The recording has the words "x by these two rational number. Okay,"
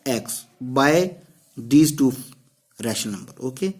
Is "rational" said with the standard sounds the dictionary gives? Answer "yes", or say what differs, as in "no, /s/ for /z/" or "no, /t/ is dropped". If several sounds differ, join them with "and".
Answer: no, /n/ is dropped